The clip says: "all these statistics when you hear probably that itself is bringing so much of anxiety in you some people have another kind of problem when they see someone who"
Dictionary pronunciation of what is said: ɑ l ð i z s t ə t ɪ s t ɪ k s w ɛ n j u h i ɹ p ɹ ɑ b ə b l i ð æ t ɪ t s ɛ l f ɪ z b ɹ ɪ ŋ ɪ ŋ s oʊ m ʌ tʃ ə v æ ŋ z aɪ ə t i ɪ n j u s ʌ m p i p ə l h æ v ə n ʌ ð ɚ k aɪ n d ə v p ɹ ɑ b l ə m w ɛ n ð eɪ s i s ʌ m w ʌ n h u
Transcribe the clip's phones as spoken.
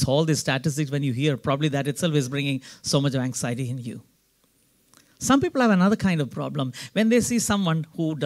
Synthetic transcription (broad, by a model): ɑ l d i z s t ə t ɪ s t ɪ k s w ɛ n j u h i ɹ p ɹ ɑ b ə b l i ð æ t ɪ t s ɛ l f ɪ z b ɹ ɪ ŋ ɪ ŋ s oʊ m ʌ tʃ ə v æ ŋ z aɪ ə t i ɪ n j u s ʌ m p i p ə l h æ v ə n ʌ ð ɚ k aɪ n d ə v p ɹ ɑ b l ə m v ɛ n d eɪ s i s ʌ m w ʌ n h u